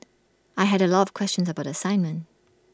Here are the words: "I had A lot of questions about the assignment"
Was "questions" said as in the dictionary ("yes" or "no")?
yes